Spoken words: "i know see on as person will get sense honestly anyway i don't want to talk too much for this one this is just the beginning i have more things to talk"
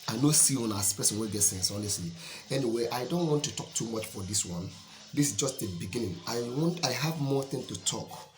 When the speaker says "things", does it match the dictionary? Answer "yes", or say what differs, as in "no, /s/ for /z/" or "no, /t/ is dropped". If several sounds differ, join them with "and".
no, /z/ is dropped